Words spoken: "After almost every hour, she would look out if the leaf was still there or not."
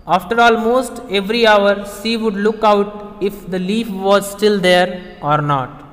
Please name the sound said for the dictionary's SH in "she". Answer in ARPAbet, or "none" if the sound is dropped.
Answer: S